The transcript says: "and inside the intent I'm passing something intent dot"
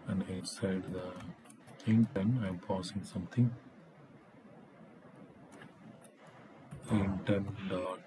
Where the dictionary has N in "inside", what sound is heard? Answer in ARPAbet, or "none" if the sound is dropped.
none